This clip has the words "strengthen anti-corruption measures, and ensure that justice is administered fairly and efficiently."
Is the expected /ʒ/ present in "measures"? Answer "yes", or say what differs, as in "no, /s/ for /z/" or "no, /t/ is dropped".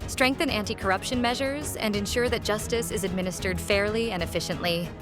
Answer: yes